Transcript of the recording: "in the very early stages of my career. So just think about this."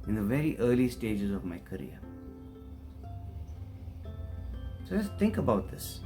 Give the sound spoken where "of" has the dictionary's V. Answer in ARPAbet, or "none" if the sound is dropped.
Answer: V